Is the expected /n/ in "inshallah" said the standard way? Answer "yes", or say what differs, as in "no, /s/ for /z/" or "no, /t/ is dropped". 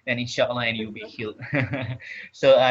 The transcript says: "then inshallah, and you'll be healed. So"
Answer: no, /n/ is dropped